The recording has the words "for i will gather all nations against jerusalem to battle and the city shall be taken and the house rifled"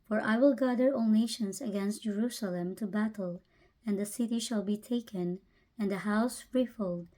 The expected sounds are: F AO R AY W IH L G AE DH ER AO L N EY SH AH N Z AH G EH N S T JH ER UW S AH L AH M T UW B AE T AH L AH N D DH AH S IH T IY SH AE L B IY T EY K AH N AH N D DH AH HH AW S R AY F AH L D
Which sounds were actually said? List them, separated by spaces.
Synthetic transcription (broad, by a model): F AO R AY W IH L G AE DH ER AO N N EY SH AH N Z AH G EH N S T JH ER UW S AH L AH M T UW B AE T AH L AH N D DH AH S IH T IY SH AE L B IY T EY K AH N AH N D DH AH HH AW S R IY F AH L D